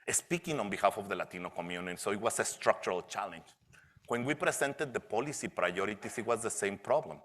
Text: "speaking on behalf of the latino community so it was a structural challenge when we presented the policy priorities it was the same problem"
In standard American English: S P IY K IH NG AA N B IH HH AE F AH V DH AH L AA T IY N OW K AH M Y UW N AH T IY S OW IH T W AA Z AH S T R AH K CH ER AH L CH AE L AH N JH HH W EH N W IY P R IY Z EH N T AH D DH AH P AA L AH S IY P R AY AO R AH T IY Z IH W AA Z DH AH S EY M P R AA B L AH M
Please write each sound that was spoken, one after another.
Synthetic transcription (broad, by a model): S P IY K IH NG AA N B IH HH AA F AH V DH AH L AA T IY N OW K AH M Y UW N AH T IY S OW IH T W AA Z AH S T R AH K CH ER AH L CH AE L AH N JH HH W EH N W IY P R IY S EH N T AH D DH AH P AA L AH S IY P R AY AO R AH T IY S IH W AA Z DH AH S EY M P R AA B L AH M